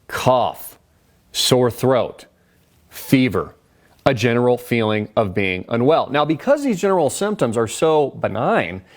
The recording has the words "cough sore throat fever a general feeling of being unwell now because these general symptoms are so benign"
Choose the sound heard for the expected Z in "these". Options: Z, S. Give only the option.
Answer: Z